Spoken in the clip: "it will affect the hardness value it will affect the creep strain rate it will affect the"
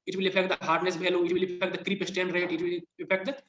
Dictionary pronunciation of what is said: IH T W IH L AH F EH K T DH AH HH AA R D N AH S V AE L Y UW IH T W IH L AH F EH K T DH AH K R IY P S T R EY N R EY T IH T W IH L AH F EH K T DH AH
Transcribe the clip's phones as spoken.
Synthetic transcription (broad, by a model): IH T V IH L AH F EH K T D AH HH AA R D N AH S B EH L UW IH T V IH L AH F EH K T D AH K R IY P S T EY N R EY T IH T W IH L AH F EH K T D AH